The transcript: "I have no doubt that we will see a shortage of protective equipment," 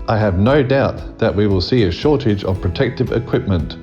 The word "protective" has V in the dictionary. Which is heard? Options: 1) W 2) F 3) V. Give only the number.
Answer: 3